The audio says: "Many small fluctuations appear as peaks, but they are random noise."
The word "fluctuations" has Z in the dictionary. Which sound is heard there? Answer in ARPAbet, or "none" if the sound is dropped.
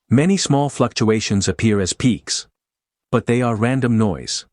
Z